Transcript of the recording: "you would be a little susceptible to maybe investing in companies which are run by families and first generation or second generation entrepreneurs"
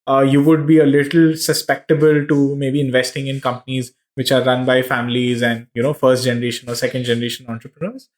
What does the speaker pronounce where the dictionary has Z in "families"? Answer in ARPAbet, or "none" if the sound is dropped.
Z